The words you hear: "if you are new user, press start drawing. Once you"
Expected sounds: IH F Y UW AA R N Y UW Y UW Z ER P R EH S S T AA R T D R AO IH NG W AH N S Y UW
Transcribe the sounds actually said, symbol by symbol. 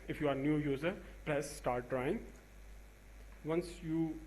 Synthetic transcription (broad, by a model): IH F Y UW AA R N Y UW Y UW Z ER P L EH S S T AA R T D R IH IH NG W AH N S Y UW